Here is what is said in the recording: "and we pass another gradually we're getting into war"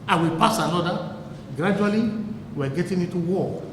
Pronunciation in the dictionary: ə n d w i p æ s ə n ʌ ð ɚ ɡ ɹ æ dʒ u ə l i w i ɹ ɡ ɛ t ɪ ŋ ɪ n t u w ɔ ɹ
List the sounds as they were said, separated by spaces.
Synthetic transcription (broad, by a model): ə w i p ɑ s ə n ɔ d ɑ ɡ ɹ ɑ dʒ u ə l i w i w ɡ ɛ t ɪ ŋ ɪ n t u w ɔ